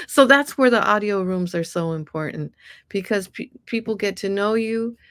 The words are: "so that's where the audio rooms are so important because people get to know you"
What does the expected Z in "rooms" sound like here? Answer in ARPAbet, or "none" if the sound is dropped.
Z